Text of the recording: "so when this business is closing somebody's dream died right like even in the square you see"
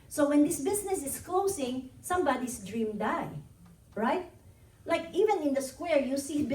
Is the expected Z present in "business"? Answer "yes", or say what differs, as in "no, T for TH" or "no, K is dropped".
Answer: no, S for Z